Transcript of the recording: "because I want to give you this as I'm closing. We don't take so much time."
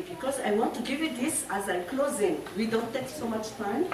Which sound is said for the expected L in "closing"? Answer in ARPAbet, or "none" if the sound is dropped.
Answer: L